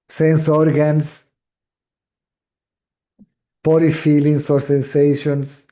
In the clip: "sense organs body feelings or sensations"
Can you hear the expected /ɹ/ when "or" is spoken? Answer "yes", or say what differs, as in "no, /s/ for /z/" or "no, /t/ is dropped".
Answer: yes